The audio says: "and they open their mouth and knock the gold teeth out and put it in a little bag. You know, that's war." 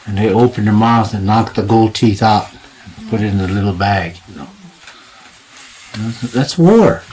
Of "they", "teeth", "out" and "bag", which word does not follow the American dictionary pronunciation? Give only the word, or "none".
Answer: none